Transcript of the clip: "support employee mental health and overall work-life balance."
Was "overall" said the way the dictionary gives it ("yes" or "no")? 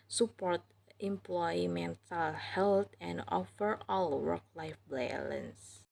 no